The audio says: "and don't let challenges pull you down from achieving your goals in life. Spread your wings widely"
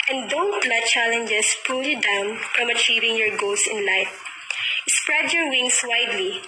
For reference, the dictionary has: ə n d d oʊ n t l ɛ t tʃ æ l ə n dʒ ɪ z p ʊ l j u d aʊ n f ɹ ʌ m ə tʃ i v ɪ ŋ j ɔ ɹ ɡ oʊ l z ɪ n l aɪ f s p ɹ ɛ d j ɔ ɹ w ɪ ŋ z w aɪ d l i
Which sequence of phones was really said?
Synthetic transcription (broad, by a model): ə n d d oʊ n t l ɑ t tʃ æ l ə n dʒ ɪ s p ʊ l j u d aʊ n f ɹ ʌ m ə tʃ i v ɪ ŋ j ɔ ɹ ɡ oʊ l s ɪ n l aɪ f s p ɹ ɛ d j ɔ ɹ w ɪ ŋ s w aɪ d l i